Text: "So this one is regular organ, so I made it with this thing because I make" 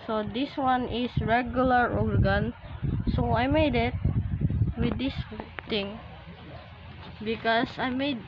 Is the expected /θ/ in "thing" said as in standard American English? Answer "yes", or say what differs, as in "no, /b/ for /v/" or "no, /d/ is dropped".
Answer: no, /t/ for /θ/